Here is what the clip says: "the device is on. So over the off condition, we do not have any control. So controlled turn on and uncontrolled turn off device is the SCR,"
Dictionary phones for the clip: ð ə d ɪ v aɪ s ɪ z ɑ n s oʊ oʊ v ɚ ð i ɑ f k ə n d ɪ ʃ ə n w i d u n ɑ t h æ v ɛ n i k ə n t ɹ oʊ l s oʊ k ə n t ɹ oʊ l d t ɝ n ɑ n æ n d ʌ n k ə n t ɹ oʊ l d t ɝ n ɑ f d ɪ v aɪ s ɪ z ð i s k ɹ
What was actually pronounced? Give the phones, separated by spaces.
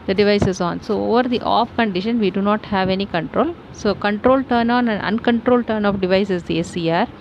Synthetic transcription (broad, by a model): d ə d ɪ v aɪ s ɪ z ɑ n s oʊ oʊ v ɚ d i ɑ f k ə n d ɪ ʃ ə n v i d u n ɑ t h æ v ɛ n i k ə n t ɹ oʊ l s oʊ k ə n t ɹ oʊ l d t ɝ n ɑ n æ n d ʌ n k ə n t ɹ oʊ l d t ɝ n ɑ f d ɪ v aɪ s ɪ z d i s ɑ ɹ